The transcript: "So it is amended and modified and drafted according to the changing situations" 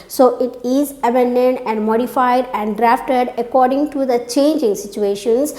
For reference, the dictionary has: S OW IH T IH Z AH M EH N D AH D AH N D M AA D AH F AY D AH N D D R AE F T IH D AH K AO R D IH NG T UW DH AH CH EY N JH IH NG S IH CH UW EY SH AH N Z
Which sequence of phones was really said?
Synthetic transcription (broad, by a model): S OW IH T IH Z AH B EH N D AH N AH N D M AA D AH F AY D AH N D D R AE F T IH D AH K AO R D IH NG T UW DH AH CH EY N JH IH NG S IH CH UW EY SH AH N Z